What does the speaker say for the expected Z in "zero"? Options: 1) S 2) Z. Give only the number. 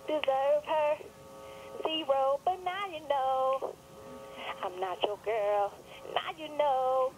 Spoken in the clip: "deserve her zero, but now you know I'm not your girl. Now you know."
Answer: 1